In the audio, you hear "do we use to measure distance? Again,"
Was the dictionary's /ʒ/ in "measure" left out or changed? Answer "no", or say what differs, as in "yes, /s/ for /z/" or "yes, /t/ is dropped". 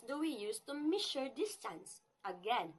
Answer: yes, /ʃ/ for /ʒ/